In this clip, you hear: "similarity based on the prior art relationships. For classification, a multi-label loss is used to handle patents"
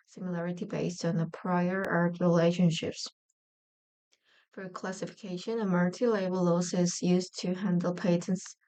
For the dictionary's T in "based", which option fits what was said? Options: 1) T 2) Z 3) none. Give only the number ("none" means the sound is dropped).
1